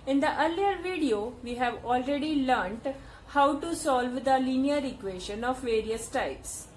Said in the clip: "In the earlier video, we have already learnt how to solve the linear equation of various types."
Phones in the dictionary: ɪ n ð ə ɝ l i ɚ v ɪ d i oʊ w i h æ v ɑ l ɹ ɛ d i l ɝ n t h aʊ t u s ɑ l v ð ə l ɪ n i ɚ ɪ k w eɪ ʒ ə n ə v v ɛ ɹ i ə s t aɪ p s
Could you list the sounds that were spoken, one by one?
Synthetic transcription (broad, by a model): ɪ n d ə ɝ l i ɚ v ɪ d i oʊ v i h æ v ɑ l ɹ ɛ d i l ɝ n t h aʊ t u s ɑ l v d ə l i n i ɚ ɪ k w eɪ ʃ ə n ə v v ɛ ɹ i ə s t aɪ p s